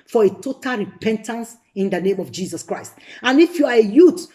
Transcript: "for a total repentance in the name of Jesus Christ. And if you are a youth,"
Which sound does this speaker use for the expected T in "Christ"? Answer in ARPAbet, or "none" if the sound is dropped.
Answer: T